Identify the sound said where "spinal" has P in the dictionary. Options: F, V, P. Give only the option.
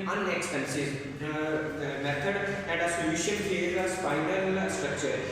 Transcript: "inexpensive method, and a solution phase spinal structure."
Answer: F